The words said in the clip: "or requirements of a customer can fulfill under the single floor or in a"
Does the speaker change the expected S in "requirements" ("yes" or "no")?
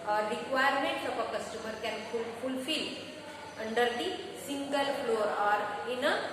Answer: yes